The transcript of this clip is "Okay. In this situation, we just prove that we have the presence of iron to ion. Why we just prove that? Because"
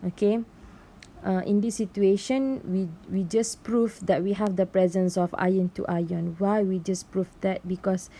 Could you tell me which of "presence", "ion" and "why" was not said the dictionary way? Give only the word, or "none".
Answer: none